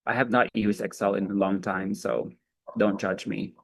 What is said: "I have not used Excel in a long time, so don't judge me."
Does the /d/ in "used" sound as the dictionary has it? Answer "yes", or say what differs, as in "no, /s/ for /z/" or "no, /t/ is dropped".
no, /d/ is dropped